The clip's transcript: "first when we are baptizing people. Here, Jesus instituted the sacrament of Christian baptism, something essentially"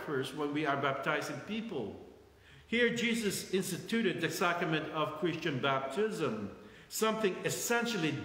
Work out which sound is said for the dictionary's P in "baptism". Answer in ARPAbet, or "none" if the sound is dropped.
P